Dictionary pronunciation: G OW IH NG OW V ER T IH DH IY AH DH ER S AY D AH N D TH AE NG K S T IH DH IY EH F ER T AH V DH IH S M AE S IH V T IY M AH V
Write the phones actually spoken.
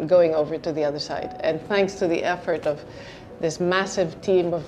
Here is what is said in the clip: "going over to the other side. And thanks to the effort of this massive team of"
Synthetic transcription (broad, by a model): G OW IH NG OW V ER T IH DH IY AH DH ER S AY D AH N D TH AE NG K S T IH DH IY EH F ER T AH V DH IH S M AE S IH V T IY M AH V